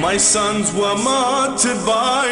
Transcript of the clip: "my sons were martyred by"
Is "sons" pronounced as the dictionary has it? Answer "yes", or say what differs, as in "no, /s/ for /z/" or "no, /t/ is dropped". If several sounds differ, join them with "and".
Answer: yes